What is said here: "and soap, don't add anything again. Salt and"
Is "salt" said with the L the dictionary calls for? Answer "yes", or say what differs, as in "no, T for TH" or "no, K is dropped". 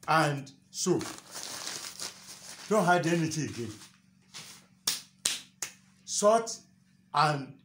no, L is dropped